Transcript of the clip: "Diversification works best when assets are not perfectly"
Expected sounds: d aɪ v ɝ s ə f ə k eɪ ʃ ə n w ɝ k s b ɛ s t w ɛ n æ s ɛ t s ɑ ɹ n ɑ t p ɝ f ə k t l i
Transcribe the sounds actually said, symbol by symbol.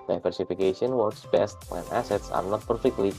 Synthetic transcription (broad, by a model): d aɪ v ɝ s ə f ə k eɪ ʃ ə n w ɝ k s b ɛ s t w ɛ n æ s ɛ t s ɑ ɹ n ɑ t p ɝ f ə k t l i